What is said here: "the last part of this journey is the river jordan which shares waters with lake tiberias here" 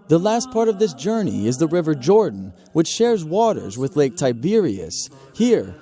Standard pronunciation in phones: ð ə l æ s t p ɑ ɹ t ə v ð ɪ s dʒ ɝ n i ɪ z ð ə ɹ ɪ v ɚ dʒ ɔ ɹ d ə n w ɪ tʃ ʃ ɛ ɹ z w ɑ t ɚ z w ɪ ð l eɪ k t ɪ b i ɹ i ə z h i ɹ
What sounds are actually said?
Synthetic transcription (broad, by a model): ð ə l æ s t p ɑ ɹ t ə v ð ɪ s dʒ ɝ n i ɪ z ð ə ɹ ɪ v ɚ dʒ ɔ ɹ d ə n w ɪ tʃ ʃ ɛ ɹ z w ɑ t ɚ z w ɪ ð l eɪ k t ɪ b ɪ ɹ i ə s h i ɹ